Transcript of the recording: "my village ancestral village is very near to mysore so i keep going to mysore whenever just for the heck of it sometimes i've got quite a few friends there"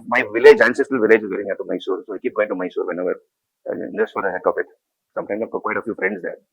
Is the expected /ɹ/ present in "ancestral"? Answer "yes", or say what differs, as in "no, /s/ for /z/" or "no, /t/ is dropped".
no, /ɹ/ is dropped